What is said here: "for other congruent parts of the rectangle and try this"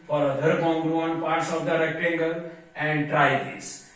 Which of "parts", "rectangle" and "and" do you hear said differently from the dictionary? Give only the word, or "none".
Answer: none